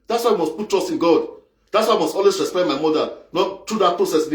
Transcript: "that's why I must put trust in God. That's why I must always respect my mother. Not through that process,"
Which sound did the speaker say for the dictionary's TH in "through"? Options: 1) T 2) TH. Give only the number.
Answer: 1